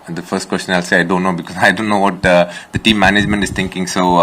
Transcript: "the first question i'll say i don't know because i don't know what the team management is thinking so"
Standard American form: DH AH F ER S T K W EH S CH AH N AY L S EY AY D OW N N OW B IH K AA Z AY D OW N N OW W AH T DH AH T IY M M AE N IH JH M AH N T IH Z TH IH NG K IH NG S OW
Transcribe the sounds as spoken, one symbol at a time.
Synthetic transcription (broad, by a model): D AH F ER S T K W EH S CH AH N AY L S EY AY D OW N N OW B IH K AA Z AY D OW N N OW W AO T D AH T IY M M AE N IH JH M AH N T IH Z T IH NG K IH NG S OW